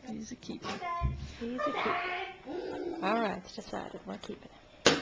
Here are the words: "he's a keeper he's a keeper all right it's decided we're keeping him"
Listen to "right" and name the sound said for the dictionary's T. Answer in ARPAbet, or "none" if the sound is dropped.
none